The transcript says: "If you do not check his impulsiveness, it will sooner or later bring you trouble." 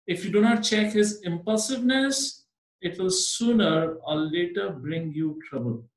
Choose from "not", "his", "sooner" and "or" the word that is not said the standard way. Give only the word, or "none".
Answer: or